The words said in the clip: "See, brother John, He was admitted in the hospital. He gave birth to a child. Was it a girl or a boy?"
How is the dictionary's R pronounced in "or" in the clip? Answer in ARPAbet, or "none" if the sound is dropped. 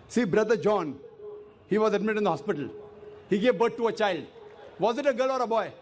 R